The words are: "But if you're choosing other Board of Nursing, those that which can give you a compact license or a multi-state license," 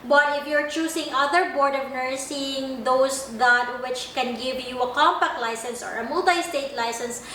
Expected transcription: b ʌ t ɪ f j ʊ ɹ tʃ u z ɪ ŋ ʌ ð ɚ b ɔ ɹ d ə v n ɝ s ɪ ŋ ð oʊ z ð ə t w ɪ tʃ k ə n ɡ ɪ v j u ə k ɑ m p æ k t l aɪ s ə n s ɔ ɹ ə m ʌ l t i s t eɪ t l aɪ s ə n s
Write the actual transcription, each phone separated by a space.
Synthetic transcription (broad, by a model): b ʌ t ɪ f j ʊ ɹ tʃ u s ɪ ŋ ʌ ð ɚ b ɔ ɹ d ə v n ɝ s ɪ ŋ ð oʊ s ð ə t w ɪ tʃ k ə n ɡ ɪ v j u ə k ɑ m p æ k t l aɪ s ə n s ɔ ɹ ə m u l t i s t eɪ t l aɪ s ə n s